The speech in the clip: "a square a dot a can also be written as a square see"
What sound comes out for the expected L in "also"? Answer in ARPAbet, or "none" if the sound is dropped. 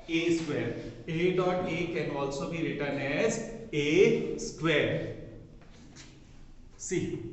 L